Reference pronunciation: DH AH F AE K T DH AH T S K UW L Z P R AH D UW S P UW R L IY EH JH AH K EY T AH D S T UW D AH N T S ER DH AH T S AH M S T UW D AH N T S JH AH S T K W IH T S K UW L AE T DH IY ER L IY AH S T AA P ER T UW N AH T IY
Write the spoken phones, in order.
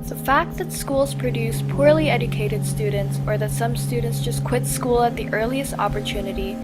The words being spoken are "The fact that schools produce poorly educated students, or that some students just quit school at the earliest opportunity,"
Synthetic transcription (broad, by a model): DH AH F AE K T DH AH T S K UW L Z P R AH D UW S P UW R L IY EH JH AH K EY T AH D S T UW D N T S ER DH AH T S AH M S T UW D N T S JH AH S K W IH T S K UW L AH T DH IY ER L IY AH S T AA P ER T UW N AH T IY